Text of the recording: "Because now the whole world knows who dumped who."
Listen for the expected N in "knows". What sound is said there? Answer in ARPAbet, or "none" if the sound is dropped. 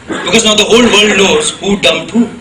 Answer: L